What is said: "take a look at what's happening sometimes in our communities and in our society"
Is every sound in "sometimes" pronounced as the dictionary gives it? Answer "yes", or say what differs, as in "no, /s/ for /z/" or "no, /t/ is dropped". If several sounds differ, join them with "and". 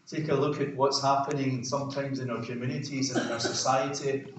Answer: yes